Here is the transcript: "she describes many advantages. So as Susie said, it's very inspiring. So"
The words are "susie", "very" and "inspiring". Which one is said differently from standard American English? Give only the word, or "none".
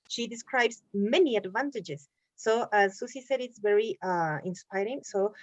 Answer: susie